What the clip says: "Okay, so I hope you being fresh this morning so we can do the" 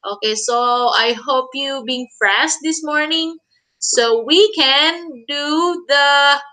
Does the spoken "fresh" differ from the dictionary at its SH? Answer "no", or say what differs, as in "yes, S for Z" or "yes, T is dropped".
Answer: yes, S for SH